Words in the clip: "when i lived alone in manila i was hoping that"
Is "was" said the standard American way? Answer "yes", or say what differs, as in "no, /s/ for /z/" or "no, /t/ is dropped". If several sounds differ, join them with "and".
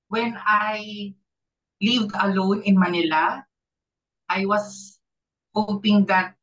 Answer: no, /s/ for /z/